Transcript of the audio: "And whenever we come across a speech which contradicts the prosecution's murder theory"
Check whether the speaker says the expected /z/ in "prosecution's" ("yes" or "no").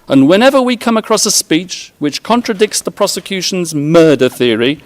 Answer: yes